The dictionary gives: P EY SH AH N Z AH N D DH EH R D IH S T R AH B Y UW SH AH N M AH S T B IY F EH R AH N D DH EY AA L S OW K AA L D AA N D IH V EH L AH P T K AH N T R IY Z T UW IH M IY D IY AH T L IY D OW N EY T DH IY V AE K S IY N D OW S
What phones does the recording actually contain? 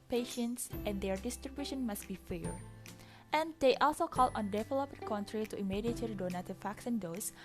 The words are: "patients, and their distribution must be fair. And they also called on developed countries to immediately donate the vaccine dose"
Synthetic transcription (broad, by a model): P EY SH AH N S AH N D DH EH R D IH S T R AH B Y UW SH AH N M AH S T B IY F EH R AH N D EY AA L S OW K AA L AA N D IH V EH L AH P K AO N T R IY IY T UW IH M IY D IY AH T IY D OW N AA T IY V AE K S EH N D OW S